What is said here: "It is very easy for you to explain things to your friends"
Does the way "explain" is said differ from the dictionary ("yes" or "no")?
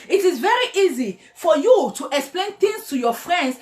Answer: no